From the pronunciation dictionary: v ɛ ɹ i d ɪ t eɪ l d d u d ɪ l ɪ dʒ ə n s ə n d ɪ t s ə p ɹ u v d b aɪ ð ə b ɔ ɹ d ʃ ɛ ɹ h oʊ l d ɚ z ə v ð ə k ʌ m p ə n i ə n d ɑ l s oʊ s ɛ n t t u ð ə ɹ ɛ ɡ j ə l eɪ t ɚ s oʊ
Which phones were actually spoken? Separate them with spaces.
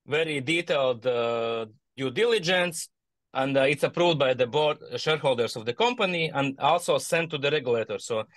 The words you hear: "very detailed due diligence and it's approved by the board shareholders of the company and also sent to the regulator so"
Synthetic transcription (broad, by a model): v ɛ ɹ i d ɪ t eɪ l d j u d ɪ l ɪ dʒ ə n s ə n d ɪ t s ə p ɹ u v d b aɪ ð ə b ɔ ɹ d ʃ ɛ ɹ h oʊ l d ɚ s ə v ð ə k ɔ m p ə n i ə n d ɑ l s oʊ s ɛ n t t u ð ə ɹ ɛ ɡ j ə l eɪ t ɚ s oʊ